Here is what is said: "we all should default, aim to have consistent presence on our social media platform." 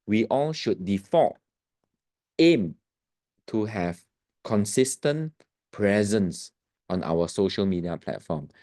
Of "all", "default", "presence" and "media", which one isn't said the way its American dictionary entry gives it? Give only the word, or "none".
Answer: default